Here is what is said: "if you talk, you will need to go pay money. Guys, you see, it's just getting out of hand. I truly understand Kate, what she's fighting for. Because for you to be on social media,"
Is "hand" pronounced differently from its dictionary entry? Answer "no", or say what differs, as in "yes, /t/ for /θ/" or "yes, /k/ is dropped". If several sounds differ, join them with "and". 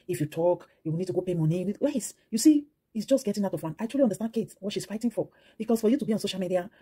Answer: yes, /d/ is dropped